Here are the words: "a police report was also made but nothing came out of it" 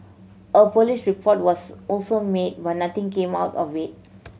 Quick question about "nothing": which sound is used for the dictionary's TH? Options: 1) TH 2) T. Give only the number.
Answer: 2